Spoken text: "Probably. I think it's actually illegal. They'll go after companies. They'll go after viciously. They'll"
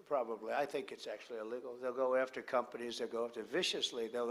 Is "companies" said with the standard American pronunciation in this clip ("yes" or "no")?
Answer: yes